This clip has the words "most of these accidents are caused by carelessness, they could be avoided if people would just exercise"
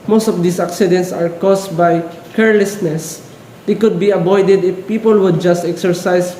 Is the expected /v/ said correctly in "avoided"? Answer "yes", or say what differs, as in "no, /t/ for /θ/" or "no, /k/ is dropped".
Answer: no, /b/ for /v/